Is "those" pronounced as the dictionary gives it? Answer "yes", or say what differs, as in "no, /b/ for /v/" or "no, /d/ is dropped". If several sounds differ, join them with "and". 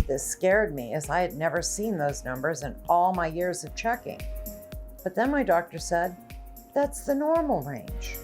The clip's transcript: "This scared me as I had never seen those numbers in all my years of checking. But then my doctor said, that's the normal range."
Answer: yes